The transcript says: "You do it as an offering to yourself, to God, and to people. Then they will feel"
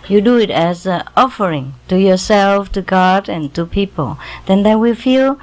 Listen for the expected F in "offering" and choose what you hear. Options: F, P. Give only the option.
F